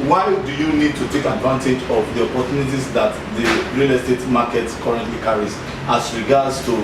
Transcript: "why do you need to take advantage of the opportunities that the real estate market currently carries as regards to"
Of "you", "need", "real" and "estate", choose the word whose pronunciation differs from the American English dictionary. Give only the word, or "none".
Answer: none